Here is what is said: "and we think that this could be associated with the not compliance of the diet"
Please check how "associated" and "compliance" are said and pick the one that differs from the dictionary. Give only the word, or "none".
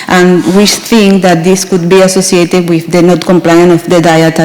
compliance